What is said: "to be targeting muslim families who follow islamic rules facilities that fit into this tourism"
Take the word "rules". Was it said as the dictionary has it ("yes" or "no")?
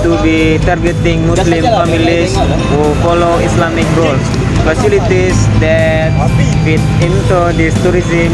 no